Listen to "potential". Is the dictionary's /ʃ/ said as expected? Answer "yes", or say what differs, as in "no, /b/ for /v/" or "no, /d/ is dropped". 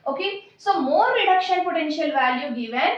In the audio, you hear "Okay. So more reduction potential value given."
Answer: yes